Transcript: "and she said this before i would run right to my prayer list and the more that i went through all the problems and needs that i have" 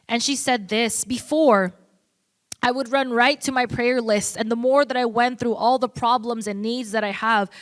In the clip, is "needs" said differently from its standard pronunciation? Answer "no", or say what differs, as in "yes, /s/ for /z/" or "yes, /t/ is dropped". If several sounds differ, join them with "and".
no